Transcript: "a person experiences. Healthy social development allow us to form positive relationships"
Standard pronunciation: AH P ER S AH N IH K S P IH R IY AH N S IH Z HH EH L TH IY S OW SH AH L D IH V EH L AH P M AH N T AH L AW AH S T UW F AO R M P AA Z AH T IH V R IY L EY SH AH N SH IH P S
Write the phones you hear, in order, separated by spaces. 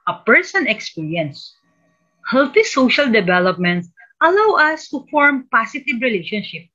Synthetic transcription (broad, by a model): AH P ER S AH N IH K S P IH R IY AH N S HH EH L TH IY S OW SH AH L D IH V EH L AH P M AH N T AH L AW AH S T UW F AO R M P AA S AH T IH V R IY L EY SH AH N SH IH P